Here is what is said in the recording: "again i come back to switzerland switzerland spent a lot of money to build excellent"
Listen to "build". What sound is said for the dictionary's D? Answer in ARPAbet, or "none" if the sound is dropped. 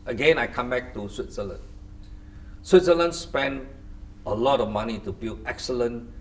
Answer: none